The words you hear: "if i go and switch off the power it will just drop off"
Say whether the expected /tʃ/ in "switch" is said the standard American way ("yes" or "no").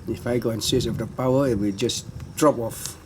no